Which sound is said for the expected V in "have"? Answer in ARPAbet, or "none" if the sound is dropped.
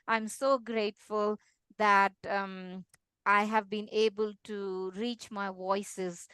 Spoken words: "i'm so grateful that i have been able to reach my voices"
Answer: V